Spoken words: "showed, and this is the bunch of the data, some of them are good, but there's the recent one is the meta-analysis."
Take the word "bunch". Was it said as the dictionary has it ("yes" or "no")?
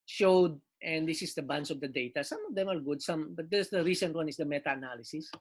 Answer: no